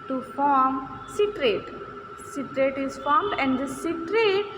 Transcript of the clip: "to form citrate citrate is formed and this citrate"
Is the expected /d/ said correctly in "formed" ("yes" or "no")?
yes